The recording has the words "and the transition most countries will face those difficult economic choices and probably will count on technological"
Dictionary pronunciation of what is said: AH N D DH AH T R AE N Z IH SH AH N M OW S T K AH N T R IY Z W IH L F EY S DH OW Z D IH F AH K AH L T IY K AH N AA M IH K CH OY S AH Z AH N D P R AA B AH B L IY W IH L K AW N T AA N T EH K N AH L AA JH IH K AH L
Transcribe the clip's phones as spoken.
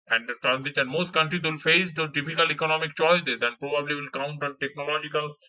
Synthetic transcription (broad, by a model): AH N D T R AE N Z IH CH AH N M OW S T K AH N T R IY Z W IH L F EY S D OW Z D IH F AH K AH L IY K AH N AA M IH K CH OY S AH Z AH N D P R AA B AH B L IY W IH L K AW N T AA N T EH K N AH L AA JH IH K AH L